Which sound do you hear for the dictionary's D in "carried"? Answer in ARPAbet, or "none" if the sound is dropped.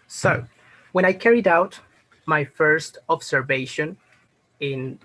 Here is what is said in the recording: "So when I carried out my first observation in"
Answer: D